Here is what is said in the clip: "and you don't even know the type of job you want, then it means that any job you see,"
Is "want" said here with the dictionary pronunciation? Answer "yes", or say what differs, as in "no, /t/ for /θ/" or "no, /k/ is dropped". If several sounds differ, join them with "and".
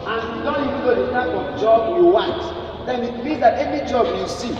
no, /n/ is dropped